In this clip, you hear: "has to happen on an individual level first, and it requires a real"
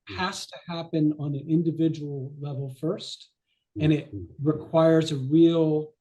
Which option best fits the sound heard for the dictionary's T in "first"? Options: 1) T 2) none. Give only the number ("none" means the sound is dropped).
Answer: 1